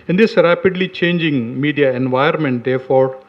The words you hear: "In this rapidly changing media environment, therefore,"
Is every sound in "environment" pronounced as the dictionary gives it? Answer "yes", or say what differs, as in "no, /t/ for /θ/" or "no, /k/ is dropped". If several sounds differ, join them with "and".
no, /ɹ/ is dropped